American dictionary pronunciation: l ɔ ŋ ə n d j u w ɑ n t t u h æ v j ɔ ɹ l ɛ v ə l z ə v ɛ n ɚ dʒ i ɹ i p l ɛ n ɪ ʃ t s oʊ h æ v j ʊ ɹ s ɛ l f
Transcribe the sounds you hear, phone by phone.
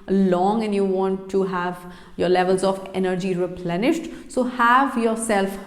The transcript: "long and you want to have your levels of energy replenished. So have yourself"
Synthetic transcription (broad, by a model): l ɔ ŋ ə n j u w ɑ n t t u h æ v j ɔ ɹ l ɛ v ə l z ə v ɛ n ɚ dʒ i ɹ i p l ɛ n ɪ ʃ t s oʊ h æ v j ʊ ɹ s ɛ l f